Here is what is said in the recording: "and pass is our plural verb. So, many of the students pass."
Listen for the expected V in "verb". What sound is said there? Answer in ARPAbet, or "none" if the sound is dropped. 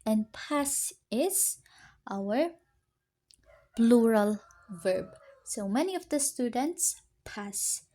V